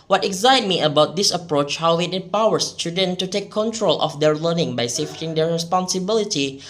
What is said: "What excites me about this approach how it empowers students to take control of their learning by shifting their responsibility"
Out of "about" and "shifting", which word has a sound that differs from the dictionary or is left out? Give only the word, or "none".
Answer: shifting